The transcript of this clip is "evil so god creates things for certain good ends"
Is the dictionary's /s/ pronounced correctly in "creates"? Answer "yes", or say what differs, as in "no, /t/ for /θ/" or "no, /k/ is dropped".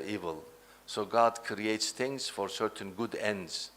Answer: yes